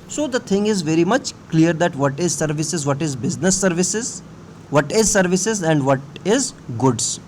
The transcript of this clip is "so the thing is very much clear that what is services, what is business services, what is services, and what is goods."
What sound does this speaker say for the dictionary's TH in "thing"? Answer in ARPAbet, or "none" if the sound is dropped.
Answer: T